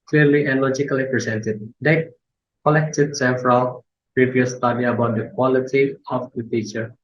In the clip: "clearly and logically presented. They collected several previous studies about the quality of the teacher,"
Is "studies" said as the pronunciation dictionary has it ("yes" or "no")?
no